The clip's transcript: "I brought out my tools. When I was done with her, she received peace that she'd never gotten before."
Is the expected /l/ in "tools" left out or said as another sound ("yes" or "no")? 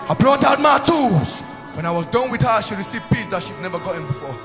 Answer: yes